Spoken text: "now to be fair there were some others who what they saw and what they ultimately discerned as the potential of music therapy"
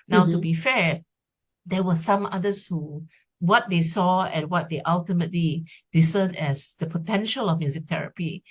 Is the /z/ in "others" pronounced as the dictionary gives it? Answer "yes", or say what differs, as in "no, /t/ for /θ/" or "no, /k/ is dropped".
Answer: no, /s/ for /z/